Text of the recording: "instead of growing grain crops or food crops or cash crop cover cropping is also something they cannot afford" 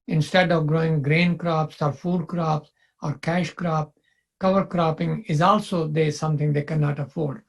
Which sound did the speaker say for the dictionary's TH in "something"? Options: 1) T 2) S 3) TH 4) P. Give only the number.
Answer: 1